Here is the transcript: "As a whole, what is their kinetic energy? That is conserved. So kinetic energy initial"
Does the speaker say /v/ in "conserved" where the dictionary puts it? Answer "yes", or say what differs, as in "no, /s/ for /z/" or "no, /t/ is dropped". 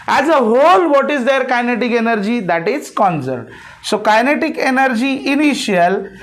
no, /v/ is dropped